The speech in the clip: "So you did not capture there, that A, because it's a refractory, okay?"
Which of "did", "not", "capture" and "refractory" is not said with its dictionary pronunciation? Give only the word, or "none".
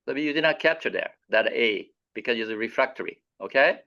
none